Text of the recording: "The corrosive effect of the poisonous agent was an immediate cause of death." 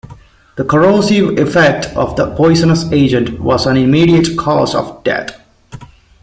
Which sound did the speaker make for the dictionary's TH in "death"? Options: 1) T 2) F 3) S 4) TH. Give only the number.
1